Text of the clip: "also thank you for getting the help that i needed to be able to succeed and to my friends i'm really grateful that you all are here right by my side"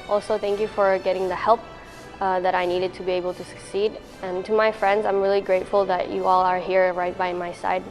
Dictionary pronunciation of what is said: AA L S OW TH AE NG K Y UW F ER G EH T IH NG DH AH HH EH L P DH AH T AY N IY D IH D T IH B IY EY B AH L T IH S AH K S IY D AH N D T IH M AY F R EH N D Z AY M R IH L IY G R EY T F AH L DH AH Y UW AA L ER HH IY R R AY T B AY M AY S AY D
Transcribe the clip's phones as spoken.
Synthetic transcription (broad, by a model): AA L S OW TH AE NG K Y UW F ER G EH T IH NG DH AH HH EH L P DH AH T AY N IY D IH D T IH B IY EY B AH L T IH S AH K S IY D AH N T IH M AY F R EH N D Z AY M R IH L IY G R EY T F AH L DH AH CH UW AA L ER HH IY R R AY T B AY M AY S AY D